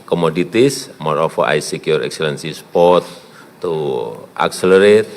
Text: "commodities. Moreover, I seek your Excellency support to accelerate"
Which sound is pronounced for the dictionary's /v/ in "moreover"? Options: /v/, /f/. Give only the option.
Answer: /f/